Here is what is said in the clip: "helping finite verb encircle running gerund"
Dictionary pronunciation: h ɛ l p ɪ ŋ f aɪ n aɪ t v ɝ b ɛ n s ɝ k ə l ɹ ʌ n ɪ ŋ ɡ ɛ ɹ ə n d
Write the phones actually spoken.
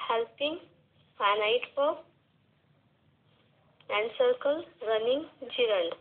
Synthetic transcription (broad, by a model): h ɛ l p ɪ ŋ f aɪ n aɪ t p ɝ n ɛ n s ɝ k ə l ɹ ʌ n ɪ ŋ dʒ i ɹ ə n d